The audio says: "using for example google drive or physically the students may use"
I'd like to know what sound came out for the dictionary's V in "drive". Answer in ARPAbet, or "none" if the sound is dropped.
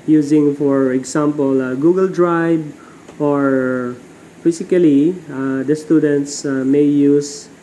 B